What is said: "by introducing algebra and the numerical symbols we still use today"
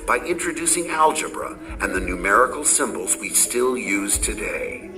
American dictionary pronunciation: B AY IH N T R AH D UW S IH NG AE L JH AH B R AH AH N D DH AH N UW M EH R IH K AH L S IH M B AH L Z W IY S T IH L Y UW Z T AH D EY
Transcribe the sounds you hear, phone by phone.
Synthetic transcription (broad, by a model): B AY IH N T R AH D UW S IH NG AE L JH AH B R AH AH N DH AH N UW M EH R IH K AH L S IH M B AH L Z W IY S T IH L Y UW Z T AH D EY